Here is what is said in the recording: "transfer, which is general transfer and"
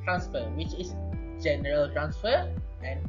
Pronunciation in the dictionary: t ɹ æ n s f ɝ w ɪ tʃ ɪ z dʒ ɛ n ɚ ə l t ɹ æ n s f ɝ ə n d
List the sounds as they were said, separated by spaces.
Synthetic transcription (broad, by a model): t ɹ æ n s f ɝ w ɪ tʃ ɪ s dʒ ɛ n ɚ ə l t ɹ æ n s f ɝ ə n